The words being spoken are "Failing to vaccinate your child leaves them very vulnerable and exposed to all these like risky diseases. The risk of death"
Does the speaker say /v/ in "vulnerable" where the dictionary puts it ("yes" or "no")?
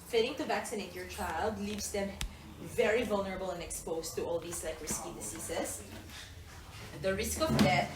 yes